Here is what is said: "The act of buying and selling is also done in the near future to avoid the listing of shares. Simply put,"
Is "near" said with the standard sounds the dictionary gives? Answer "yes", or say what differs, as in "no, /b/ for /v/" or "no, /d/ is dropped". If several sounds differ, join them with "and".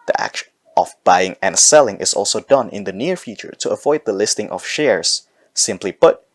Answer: yes